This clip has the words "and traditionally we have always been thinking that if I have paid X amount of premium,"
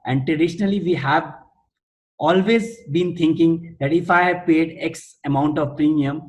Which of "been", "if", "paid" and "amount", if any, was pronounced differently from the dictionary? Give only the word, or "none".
none